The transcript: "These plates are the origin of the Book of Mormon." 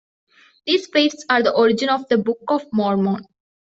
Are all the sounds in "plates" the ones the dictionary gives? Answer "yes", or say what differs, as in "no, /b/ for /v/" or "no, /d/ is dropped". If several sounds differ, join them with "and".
no, /l/ is dropped